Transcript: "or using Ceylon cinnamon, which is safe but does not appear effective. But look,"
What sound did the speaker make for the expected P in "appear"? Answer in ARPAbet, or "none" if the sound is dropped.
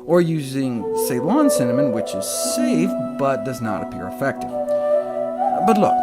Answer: P